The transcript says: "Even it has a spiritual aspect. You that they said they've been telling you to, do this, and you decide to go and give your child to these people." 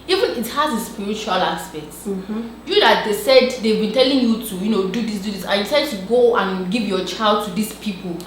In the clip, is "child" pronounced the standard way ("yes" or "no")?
yes